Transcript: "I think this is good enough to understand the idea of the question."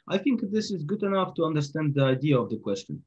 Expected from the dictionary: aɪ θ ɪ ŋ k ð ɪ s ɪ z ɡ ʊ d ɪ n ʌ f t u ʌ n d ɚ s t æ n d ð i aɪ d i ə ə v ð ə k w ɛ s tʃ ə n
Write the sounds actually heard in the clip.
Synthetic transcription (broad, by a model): aɪ θ ɪ ŋ k ð ɪ s ɪ z ɡ ʊ d ɪ n ʌ f t u ʌ n d ɚ s t æ n d ð i aɪ d i ə ə v ð ə k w ɛ s tʃ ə n